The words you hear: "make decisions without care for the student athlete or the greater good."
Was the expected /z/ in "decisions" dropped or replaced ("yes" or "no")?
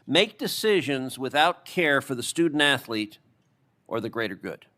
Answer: no